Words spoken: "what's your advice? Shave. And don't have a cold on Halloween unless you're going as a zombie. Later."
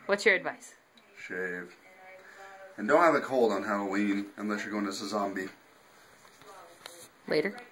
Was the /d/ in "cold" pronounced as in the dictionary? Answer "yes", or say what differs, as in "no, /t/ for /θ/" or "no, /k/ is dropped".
yes